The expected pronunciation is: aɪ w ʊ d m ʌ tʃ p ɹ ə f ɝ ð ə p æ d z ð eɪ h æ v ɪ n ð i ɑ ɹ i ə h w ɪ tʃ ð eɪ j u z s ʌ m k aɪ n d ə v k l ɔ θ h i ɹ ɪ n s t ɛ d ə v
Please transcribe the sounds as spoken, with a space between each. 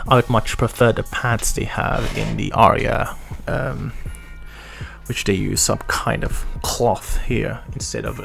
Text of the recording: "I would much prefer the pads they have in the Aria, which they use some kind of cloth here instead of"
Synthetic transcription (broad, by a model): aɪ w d m ʌ tʃ p ɹ ə f ɝ ð ə p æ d s ð eɪ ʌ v ɪ n ð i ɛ ɹ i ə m w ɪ tʃ ð eɪ j u z s ʌ m k aɪ n d ə v k l ɔ θ h i ɹ ɪ n s t ɛ d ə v